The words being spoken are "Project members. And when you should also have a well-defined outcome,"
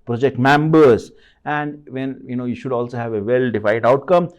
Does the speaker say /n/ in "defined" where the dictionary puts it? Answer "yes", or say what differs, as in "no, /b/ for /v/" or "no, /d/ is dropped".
no, /n/ is dropped